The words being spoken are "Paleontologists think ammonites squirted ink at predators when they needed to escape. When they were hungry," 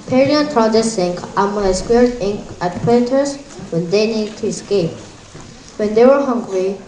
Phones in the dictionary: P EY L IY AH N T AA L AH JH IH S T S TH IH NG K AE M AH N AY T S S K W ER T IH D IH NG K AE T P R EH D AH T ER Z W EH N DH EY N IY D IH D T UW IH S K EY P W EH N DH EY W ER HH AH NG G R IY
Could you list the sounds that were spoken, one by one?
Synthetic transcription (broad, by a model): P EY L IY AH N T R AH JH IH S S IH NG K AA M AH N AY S S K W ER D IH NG AE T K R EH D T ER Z W EH N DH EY N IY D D T UW IH S K EY P W EH N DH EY W ER HH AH NG G R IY